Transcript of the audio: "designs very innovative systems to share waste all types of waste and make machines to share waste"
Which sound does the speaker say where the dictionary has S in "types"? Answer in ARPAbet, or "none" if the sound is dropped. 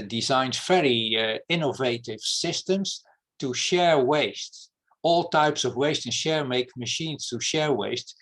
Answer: S